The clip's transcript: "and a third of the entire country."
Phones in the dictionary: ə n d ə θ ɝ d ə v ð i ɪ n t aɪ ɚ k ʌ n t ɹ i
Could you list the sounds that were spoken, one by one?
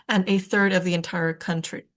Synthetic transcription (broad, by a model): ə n ə θ ɝ d ə v ð i ɪ n t aɪ ɚ k ʌ n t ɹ i